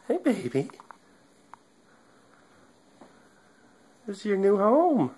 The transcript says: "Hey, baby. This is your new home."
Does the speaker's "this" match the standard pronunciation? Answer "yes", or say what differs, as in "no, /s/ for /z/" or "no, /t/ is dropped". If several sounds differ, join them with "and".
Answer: no, /s/ is dropped